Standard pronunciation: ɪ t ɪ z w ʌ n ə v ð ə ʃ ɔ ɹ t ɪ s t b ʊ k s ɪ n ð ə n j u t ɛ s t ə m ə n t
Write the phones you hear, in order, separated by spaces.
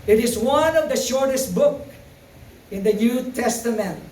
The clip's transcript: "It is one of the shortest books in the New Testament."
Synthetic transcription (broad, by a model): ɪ t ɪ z w ʌ n ə v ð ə ʃ ɔ ɹ t ɪ s t b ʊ k ɪ n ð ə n j u t ɛ s t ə m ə n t